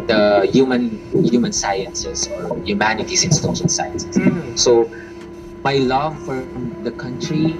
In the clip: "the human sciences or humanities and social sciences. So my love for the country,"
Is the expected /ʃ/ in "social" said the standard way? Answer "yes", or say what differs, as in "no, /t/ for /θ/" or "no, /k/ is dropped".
no, /s/ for /ʃ/